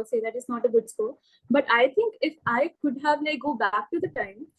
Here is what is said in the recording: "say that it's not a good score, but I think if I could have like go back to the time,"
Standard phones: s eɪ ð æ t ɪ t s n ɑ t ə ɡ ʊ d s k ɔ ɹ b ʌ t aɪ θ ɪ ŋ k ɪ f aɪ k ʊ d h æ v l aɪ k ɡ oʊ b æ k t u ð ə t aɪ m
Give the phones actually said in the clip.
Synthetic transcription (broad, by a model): s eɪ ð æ t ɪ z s n ɑ t ə ɡ ʊ d s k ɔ l b ʌ t aɪ t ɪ ŋ k ɪ f aɪ k ʊ d h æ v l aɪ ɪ ɡ oʊ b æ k t u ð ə t aɪ m